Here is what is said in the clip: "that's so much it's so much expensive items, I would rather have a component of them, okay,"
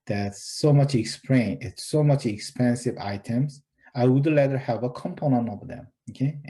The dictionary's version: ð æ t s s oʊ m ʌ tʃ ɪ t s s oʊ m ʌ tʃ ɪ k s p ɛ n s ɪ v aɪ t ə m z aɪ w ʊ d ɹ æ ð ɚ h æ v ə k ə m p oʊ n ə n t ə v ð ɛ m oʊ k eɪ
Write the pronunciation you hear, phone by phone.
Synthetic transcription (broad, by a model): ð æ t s s oʊ m ʌ tʃ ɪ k s s oʊ m ʌ tʃ ɪ k s p ɛ n s ɪ v aɪ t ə m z aɪ w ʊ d l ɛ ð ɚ h æ v ə k ə m p oʊ n ə n t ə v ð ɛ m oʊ k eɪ